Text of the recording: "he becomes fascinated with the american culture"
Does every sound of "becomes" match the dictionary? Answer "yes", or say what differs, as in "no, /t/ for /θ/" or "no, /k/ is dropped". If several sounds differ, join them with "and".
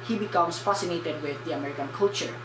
no, /s/ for /z/